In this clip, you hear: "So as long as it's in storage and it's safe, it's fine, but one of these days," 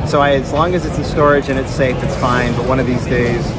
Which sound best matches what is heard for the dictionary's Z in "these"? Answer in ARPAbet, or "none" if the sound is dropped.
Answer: Z